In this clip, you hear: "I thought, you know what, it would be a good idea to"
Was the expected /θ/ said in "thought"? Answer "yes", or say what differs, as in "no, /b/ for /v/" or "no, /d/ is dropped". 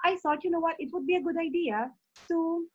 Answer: no, /s/ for /θ/